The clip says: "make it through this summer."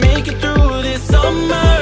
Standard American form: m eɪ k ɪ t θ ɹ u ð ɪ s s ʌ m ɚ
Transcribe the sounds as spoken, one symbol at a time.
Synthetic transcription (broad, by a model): m eɪ k ɪ t θ ɹ u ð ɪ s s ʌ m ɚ